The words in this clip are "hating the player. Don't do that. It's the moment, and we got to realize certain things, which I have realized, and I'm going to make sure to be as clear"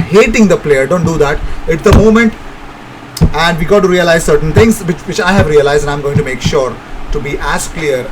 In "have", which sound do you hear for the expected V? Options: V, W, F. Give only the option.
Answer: V